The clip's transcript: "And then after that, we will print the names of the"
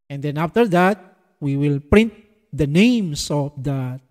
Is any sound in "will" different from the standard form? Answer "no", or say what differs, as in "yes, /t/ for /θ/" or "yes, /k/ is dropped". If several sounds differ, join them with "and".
no